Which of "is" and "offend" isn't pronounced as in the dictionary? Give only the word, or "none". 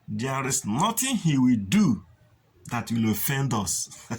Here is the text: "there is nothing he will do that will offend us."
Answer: is